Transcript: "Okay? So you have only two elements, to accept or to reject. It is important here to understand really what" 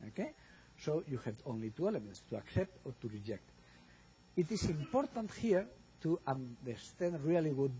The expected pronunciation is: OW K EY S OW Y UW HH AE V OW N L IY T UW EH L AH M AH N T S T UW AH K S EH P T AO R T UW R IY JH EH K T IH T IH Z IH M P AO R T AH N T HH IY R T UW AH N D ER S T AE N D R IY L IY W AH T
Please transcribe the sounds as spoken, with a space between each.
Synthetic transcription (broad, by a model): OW K EY S OW Y UW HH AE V OW N L IY T UW EH L AH M AH N T S T UW AH K S EH P T AO R T UW R IY JH EH K T IH T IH S IH M P AO R T AH N T HH IY R T UW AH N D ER S T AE N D R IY L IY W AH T